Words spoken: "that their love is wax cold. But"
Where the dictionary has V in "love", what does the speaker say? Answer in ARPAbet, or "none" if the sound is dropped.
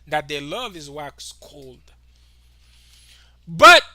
V